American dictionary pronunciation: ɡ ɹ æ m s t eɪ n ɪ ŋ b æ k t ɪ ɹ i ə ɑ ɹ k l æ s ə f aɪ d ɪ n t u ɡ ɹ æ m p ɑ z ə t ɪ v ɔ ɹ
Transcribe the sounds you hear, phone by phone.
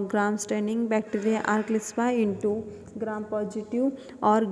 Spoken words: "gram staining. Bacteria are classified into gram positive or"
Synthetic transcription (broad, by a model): ɡ ɹ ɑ m s t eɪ n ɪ ŋ b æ k t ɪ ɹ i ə ɑ ɹ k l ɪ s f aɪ ɪ n t u ɡ ɹ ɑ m p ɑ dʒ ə t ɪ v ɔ ɹ